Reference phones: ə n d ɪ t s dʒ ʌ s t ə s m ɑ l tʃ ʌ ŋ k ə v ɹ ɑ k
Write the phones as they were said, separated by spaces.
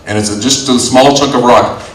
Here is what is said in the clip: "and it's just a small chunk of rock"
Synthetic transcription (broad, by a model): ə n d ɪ t s dʒ ʌ s t ə s m ɑ l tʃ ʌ k ə v ɹ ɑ k